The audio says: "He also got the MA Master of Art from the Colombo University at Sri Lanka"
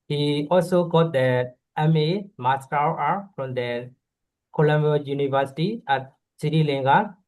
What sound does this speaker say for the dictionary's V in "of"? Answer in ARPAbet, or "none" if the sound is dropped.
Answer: W